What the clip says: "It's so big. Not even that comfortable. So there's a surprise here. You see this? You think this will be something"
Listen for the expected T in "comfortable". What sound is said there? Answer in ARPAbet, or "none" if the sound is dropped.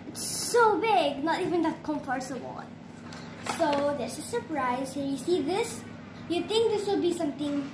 S